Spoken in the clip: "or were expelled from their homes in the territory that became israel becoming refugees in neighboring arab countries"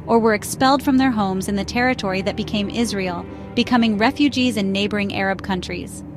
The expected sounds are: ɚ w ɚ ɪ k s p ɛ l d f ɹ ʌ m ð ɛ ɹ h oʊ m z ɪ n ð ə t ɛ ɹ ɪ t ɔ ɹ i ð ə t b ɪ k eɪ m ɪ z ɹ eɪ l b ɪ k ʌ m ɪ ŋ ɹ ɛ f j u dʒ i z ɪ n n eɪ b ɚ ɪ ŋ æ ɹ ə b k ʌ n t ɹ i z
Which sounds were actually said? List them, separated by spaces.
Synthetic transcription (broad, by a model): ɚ w ɚ ɪ k s p ɛ l d f ɹ ʌ m ð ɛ ɹ h oʊ m z ɪ n ð ə t ɛ ɹ ɪ t ɔ ɹ i ð ə t b ɪ k eɪ m ɪ z ɹ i l b ɪ k ʌ m ɪ ŋ ɹ ɛ f j u dʒ i z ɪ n n eɪ b ɚ ɪ ŋ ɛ ɹ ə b k ʌ n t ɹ i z